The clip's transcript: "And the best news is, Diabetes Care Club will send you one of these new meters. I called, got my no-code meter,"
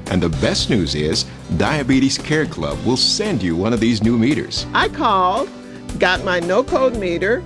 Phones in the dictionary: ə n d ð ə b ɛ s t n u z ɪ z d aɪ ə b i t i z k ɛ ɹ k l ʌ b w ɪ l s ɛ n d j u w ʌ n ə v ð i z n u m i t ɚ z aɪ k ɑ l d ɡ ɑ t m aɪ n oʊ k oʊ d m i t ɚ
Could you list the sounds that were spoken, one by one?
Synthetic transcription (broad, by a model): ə n ð ə b ɛ s t n u z ɪ z d aɪ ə b i t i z k ɛ ɹ k l ʌ b w ɪ l s ɛ n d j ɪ w ʌ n ə v ð i z n u m i t ɚ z aɪ k ɑ l d ɡ ɑ t m aɪ n oʊ k oʊ d m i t ɚ